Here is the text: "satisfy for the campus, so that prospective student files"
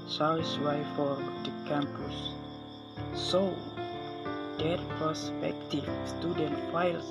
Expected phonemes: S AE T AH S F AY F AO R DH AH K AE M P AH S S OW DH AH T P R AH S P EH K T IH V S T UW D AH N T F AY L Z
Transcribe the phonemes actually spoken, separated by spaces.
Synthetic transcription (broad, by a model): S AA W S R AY F AO R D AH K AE M P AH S S OW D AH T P AH S P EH K T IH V S T UW D AH N T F AY L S